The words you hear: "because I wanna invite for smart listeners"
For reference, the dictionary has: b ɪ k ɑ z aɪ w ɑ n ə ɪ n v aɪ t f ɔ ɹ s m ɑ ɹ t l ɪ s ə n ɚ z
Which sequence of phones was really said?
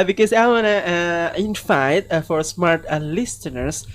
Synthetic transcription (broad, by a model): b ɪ k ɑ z aɪ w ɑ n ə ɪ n f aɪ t f ɔ ɹ s m ɑ ɹ t l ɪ s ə n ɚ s